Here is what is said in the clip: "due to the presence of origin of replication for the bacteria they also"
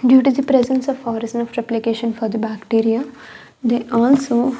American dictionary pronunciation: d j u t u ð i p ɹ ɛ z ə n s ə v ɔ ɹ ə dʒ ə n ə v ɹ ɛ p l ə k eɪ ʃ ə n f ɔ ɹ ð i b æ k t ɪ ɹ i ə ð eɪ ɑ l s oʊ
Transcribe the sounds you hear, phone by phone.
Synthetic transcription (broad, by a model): d j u t u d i p ɹ ɛ z ə n s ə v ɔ ɹ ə z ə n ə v ɹ ɛ p l ə k eɪ ʃ ə n f ɔ ɹ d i b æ k t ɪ ɹ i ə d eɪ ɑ l s oʊ